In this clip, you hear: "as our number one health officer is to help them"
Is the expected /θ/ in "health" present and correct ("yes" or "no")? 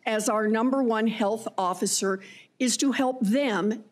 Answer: yes